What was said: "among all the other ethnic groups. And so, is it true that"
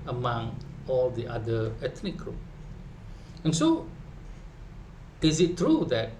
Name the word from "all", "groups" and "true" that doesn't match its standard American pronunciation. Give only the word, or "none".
groups